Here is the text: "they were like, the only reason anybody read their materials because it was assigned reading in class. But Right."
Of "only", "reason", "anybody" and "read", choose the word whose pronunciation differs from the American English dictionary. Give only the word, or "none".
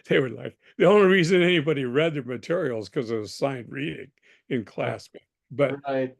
none